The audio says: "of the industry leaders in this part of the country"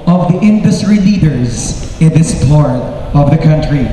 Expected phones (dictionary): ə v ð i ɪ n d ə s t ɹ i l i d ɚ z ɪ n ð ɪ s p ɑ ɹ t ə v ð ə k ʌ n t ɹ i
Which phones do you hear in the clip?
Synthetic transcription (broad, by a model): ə v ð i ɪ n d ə s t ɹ i l i d ɚ z ɪ n ð ɪ s p ɑ ɹ t ə v ð ə k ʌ n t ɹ i